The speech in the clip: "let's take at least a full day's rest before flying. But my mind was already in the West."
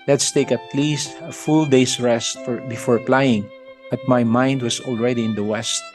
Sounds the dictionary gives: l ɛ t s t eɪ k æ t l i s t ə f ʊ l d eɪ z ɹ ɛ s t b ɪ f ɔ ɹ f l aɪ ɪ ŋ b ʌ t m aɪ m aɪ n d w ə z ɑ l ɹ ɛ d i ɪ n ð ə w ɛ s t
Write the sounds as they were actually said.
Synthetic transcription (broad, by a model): l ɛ t s t eɪ k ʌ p l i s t ə f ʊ l d eɪ s ɹ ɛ s t b ɪ f ɔ ɹ p l aɪ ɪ ŋ b ʌ t m aɪ m aɪ n d w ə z ɑ l ɹ ɛ d i ɪ n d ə w ɛ s t